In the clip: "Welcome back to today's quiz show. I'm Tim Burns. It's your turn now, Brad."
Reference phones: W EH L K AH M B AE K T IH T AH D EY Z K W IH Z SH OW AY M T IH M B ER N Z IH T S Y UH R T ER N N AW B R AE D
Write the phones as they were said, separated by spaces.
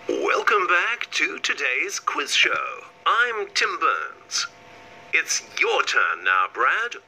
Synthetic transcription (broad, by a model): W EH L K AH M B AE K T IH T AH D EY Z K W IH Z SH OW AY M T IH M B ER N Z IH T S Y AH R T ER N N AW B R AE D